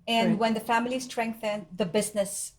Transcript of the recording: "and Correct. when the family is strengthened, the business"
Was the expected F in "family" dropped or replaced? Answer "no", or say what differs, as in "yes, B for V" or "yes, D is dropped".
no